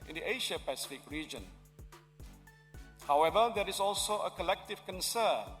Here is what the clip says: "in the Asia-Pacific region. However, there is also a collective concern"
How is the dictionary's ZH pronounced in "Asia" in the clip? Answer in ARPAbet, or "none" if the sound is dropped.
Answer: SH